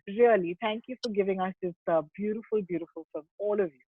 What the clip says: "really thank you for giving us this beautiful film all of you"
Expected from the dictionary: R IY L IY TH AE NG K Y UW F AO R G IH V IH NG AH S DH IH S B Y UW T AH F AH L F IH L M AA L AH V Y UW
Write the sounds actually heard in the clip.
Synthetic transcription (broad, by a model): R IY L IY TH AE NG K Y UW F AO R G IH V IH NG AH S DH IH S B Y UW T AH F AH L F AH L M AA L AH V Y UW